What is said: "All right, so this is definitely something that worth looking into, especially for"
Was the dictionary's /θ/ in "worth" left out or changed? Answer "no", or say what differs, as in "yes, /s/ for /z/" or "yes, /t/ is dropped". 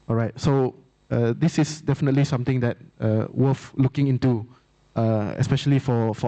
yes, /f/ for /θ/